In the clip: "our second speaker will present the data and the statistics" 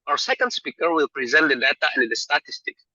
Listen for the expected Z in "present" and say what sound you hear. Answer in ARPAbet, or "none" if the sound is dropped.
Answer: Z